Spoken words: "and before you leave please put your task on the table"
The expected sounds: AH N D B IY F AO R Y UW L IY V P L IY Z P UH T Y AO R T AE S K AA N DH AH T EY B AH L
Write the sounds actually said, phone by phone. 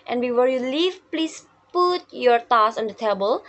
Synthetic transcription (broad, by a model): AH N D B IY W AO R Y UW L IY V P L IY S P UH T Y AO R T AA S AA N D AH T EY B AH L